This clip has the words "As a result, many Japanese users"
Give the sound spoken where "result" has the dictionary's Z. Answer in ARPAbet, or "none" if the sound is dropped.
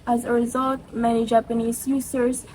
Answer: Z